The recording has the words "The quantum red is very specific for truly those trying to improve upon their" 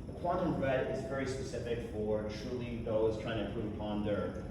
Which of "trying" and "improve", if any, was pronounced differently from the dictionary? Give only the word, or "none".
improve